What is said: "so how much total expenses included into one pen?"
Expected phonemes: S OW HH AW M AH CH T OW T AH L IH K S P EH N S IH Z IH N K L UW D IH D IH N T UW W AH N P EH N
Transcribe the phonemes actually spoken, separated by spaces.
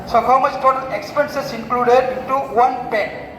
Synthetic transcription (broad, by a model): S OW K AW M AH S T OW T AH K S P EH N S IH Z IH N K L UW D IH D IH N T UW W AH N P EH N